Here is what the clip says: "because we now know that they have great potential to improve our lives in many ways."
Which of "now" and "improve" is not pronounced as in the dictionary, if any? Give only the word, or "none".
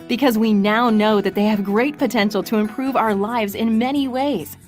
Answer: none